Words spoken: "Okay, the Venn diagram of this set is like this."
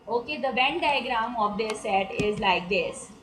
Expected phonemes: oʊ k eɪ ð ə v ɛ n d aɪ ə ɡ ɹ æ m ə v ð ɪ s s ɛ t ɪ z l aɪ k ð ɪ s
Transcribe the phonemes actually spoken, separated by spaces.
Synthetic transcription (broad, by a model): oʊ k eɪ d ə b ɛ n d aɪ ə ɡ ɹ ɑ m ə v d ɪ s s ɛ t ɪ z l aɪ k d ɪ s